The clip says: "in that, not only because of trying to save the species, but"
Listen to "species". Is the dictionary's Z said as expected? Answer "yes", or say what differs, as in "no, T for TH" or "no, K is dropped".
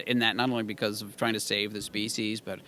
yes